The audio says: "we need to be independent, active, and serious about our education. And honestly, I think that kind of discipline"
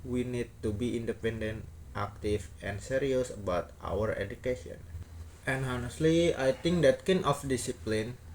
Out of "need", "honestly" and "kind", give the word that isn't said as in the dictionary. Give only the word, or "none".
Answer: kind